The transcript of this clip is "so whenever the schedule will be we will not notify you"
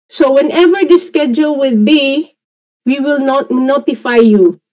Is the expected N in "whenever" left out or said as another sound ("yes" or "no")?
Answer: no